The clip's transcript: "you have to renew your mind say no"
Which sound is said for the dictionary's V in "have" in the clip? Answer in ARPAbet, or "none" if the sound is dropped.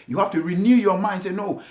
F